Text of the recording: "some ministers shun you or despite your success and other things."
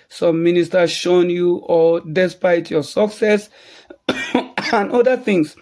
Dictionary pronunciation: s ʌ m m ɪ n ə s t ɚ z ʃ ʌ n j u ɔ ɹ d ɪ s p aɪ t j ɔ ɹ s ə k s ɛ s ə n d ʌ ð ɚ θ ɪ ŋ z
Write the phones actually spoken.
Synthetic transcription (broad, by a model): s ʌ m m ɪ n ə s t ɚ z ʃ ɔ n j u ɔ l d ɪ s p aɪ t j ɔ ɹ s ə k s ɛ s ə n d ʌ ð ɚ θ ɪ ŋ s